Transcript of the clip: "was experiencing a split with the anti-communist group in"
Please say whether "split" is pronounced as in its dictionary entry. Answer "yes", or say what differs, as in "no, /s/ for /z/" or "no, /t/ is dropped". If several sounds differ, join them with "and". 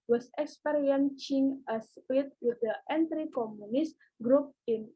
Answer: no, /l/ is dropped